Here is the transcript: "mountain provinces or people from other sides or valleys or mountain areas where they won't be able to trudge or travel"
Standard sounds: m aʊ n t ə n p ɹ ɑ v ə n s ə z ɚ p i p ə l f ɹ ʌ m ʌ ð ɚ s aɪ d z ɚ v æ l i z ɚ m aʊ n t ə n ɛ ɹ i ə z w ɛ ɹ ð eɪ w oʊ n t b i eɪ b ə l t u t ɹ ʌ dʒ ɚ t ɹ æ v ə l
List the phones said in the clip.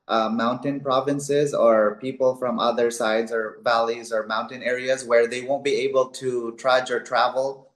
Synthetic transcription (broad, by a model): m aʊ n t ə n p ɹ ɑ v ə n s ə z ɚ p i p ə l f ɹ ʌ m ʌ ð ɚ s aɪ d z ɚ v æ l i z ɚ m aʊ n t ə n ɛ ɹ i ə z w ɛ ɹ ð eɪ w oʊ n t b i eɪ b ə l t u t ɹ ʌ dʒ ɚ t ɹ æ v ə l